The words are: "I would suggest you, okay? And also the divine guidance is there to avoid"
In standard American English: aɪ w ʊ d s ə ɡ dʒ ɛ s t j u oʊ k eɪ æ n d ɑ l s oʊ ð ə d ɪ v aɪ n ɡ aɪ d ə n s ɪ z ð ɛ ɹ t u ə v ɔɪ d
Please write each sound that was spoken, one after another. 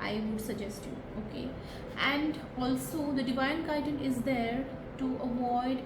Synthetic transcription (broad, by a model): aɪ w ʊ d s ə ɡ dʒ ɛ s t j u oʊ k eɪ æ n d ɑ l s oʊ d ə d ɪ v aɪ n ɡ aɪ d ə n ɪ z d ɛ ɹ t u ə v ɔɪ d